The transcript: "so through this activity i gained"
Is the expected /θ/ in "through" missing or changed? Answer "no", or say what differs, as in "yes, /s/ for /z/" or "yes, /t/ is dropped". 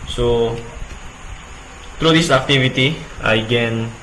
yes, /t/ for /θ/